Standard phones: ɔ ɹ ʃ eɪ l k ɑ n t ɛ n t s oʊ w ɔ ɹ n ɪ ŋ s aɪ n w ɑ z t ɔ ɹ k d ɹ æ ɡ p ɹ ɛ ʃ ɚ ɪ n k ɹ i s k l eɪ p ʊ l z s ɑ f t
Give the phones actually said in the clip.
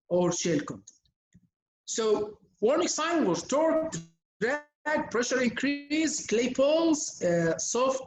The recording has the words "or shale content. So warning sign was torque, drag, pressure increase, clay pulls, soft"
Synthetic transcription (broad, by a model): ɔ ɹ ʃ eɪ l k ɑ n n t s oʊ w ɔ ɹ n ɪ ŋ s aɪ n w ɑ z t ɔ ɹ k d ɹ æ ɡ p ɹ ɛ ʃ ɚ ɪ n k ɹ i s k l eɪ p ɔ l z s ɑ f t